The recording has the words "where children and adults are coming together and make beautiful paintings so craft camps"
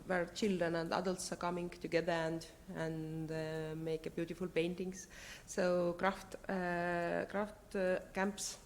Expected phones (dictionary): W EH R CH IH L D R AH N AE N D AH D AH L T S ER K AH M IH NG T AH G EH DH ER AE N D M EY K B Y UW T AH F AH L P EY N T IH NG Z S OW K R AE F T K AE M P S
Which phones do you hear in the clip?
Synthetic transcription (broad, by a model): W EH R CH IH L D AH N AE N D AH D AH L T S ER K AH M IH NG T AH G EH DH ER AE N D M EY K B Y UW T AH F AH L P EY N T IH NG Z S OW K R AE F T K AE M P S